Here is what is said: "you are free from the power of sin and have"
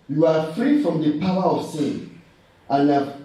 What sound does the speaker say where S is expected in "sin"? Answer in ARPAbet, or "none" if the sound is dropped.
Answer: S